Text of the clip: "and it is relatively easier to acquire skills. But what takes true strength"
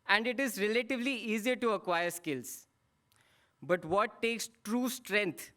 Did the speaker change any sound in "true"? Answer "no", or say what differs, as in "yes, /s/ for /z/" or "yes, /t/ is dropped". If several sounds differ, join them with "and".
no